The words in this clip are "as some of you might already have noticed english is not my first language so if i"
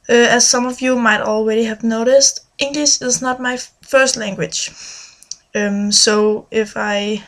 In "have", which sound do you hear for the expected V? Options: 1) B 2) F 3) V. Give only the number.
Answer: 3